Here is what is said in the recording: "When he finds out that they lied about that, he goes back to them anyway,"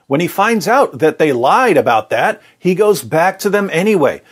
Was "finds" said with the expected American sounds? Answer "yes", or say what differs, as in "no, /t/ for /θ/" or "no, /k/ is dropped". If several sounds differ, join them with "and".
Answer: yes